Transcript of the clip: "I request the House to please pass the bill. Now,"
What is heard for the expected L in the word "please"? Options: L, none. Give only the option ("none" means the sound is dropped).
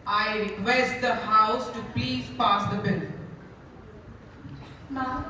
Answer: L